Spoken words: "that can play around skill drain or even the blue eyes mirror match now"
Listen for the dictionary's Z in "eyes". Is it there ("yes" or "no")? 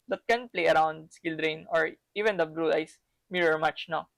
no